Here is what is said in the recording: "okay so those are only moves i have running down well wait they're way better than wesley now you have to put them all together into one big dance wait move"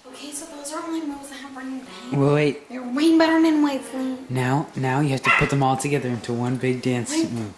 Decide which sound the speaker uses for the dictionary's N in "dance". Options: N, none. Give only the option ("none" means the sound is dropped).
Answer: N